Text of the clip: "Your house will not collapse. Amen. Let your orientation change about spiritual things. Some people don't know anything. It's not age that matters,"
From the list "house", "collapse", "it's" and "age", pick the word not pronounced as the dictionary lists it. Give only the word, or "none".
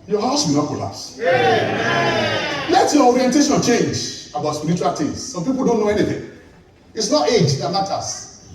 collapse